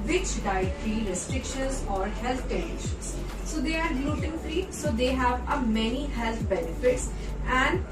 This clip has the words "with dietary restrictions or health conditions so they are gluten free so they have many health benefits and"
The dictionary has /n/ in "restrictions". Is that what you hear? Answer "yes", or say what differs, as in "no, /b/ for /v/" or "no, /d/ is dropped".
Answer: no, /n/ is dropped